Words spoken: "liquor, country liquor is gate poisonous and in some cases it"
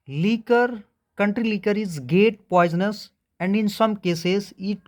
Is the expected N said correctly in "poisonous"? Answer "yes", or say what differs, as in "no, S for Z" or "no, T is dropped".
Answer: yes